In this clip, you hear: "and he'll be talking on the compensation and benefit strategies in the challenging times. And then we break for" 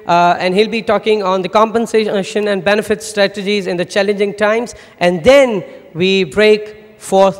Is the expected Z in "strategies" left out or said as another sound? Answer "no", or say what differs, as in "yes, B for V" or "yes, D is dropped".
no